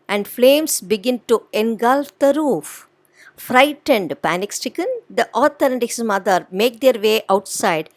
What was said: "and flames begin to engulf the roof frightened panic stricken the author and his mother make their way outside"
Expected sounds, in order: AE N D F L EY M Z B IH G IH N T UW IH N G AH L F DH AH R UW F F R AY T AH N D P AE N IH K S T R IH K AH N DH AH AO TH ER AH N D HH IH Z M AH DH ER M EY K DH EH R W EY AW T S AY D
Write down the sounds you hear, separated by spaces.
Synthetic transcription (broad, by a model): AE N D F L EY M S B IH G IH N T UW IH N G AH L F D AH R UW F F R AY T AH N D P AE N IH K S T IH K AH N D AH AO T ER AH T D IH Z M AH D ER M EY K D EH R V EY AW T S AY D